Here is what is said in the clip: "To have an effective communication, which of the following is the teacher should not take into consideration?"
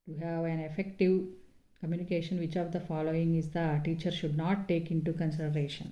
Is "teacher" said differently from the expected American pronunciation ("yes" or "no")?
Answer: no